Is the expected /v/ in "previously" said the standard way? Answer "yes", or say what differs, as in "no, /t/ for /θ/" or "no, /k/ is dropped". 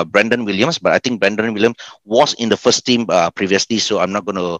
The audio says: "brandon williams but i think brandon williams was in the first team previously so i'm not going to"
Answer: yes